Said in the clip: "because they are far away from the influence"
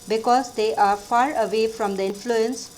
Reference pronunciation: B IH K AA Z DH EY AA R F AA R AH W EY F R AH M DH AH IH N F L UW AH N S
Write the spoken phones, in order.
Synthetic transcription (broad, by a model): B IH K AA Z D EY AA R F AA R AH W EY F R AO M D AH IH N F L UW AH N S